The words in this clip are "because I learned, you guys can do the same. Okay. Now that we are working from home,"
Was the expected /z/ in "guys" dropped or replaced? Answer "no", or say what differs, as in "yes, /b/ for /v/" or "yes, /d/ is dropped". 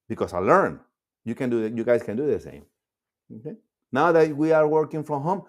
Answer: yes, /s/ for /z/